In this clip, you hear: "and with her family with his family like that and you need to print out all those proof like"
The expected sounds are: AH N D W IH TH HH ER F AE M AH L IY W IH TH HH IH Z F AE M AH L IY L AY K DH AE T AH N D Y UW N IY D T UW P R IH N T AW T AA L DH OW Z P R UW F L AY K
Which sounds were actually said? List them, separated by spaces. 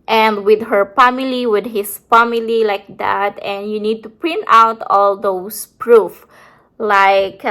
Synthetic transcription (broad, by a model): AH N D W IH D HH ER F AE M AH L IY W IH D HH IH S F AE M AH L IY L AY K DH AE T AH N D Y UW N IY D T UW P R IH N T AW T AA L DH OW S P R UW F L AY K